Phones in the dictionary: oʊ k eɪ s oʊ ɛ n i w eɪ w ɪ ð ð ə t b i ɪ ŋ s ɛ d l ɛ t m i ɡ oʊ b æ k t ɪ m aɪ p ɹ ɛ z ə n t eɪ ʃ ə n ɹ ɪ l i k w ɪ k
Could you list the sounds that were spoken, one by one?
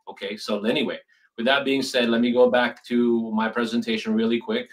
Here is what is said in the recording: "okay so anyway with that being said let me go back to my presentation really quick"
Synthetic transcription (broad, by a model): oʊ k eɪ s oʊ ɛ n i w eɪ w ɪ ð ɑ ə t b i ɪ ŋ s ɛ d l ɛ t m i ɡ oʊ b æ k t ɪ m aɪ p ɹ ɛ z ə n t eɪ ʃ ə n ɹ ɪ l i k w ɪ k